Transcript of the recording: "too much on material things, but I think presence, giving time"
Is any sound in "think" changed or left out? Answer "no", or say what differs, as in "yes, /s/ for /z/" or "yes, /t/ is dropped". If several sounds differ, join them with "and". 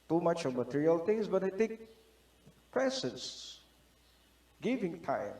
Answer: yes, /t/ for /θ/ and /ŋ/ is dropped